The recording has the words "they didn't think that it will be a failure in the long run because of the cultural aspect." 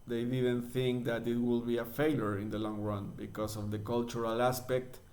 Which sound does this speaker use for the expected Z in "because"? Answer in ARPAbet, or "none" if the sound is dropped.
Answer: S